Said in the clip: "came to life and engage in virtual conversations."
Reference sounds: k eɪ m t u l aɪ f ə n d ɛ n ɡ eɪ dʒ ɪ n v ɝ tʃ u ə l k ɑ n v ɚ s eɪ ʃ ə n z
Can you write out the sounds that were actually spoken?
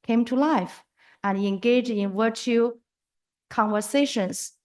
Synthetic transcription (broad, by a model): k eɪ m t u l aɪ f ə n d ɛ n ɡ eɪ dʒ ɪ n w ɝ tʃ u k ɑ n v ɚ s eɪ ʃ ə n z